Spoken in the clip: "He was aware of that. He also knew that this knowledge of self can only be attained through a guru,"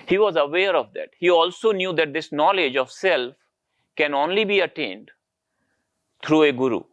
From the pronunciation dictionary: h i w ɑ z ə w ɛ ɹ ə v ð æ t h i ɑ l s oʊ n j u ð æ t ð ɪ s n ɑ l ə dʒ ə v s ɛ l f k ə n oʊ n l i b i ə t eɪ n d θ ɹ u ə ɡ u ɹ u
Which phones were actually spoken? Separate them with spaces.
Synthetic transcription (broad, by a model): h i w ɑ z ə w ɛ ɹ ə v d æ t h i ɑ l s oʊ n j u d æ t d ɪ s n ɑ l ə dʒ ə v s ɛ l f k ə n oʊ n l i b i ə t eɪ n d t ɹ u ə ɡ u ɹ u